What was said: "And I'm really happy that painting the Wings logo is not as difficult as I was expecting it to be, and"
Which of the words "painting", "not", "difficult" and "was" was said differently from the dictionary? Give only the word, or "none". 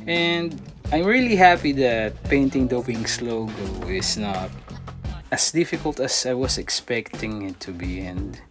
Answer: was